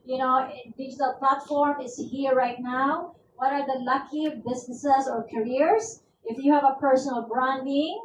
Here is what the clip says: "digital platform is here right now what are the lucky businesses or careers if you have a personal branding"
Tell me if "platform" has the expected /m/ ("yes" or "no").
yes